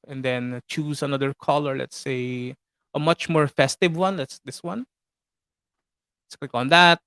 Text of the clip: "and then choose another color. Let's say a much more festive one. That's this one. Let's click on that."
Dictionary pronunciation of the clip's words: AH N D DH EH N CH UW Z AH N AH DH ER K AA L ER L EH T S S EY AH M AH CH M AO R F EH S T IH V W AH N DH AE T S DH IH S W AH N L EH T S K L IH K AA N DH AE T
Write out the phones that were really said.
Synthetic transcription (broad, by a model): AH N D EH N CH UW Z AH N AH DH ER K AA L ER L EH T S S EY AH M AH CH M AO R F EH S T IH V W AH N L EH T S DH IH S W AH N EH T S K W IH K AA N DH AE T